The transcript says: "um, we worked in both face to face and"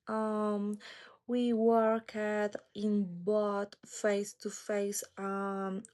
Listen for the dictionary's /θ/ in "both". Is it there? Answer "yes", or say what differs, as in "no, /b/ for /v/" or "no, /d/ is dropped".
no, /t/ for /θ/